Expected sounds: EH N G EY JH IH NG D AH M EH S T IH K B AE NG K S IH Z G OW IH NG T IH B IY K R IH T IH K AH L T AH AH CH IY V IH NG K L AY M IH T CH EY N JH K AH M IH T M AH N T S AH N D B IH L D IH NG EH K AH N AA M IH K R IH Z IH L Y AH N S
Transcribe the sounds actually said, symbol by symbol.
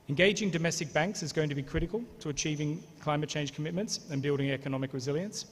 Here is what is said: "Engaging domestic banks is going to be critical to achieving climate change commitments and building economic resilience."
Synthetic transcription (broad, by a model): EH N G EY JH IH NG D AH M EH S T IH K B AE NG K S IH Z G OW IH NG T IH B IY K R IH T IH K AH L T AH AH CH IY V IH NG K L AY M IH T CH EY N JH K AH M IH T M AH N T S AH N B IH L D IH NG EH K AH N AA M IH K R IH Z IH L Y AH N S